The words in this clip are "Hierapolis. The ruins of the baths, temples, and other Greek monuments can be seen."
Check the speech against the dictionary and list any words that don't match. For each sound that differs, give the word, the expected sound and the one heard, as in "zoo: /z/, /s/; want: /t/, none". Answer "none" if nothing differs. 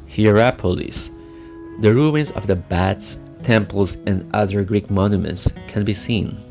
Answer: baths: /θ/, /t/